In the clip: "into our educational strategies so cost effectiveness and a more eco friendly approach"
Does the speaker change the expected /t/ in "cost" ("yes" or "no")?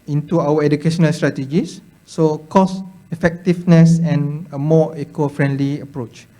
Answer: yes